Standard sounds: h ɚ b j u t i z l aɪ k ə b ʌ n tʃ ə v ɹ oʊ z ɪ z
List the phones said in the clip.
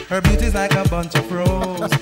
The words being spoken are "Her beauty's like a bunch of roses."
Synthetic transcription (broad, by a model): h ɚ b j u t i z l aɪ k ə b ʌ n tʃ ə p ɹ oʊ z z